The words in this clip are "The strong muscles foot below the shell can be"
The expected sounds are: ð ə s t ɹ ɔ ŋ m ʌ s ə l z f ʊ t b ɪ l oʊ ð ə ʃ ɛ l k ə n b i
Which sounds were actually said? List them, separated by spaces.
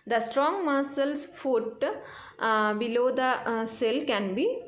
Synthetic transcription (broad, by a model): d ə s t ɹ ɔ ŋ m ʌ s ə l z f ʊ t b ɪ l oʊ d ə s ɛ l k ə n b i